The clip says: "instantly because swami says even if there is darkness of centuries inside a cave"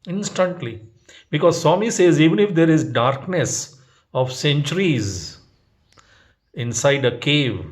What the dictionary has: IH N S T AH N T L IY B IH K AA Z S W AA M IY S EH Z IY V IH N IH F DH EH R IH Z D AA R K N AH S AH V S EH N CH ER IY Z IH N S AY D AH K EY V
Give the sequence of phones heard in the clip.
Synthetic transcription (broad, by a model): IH N S T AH N T L IY B IH K AA Z S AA M IY S EH Z IY V IH N IH F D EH R IH Z D AA R K N AH S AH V S EH N CH ER IY Z IH N S AY D AH K EY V